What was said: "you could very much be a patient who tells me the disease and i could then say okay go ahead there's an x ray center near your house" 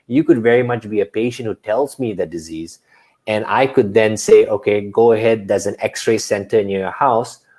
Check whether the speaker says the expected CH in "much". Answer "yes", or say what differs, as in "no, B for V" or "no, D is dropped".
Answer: yes